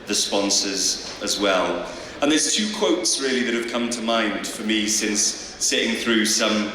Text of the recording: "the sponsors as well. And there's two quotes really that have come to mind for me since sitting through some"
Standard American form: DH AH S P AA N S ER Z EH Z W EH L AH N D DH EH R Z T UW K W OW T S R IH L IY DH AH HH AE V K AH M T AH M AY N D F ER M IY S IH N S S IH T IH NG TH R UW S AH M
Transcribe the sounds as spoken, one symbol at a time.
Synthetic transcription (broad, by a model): DH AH S P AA N S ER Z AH Z W EH L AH N DH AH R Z T UW K W OW T S R IH L IY DH AH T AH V K AH M T AH M AY N D F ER M IY S IH N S S IH T IH NG TH R UW S AH M